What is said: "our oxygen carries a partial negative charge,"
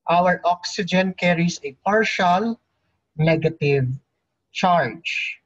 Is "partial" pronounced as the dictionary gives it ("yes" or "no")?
yes